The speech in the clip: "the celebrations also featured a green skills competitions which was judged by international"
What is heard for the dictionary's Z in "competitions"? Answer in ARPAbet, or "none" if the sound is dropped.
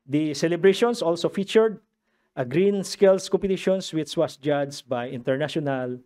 S